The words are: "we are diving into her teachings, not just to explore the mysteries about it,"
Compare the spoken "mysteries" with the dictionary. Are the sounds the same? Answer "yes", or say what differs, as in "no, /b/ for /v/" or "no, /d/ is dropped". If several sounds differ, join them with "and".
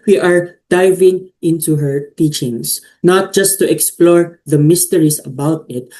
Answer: no, /s/ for /z/